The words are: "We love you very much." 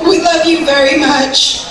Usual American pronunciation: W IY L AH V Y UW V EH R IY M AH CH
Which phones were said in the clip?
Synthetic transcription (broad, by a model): W IY L AH V Y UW V EH R IY M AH CH